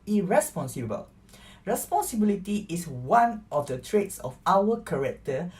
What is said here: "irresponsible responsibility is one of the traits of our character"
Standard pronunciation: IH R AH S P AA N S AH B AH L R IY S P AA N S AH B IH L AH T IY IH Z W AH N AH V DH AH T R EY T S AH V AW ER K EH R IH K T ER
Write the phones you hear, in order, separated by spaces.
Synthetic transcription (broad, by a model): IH R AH S P AA N S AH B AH L R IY S P AA N S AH B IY L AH T IY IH S W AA N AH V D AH T R EY T S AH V AW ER K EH R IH K T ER